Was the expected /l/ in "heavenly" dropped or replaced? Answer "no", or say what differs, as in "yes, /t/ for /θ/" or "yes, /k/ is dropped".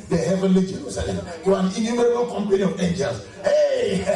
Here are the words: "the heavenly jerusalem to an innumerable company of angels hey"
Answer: no